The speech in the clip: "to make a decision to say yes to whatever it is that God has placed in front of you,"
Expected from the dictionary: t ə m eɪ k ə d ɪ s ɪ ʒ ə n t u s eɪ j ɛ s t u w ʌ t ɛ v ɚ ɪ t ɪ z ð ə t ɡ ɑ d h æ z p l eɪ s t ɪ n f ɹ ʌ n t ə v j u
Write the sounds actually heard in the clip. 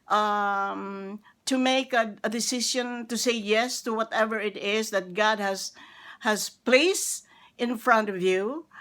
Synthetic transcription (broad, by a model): t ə m eɪ k ə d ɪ s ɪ ʃ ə n t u s eɪ j ɛ s t u w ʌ t ɛ v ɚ ɪ t ɪ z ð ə t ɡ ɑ d h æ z p l eɪ s t ɪ n f ɹ ʌ n t ə v j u